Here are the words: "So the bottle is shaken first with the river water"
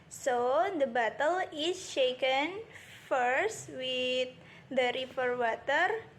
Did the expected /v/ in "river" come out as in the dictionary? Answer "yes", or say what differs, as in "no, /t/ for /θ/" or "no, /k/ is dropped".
no, /f/ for /v/